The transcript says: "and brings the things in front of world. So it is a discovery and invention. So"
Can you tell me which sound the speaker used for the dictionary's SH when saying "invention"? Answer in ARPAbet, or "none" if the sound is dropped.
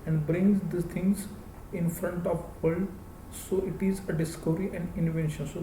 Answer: SH